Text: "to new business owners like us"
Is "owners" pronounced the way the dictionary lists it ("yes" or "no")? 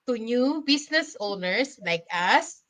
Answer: no